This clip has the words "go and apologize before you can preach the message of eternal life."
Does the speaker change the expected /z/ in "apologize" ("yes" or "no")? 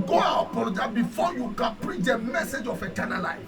yes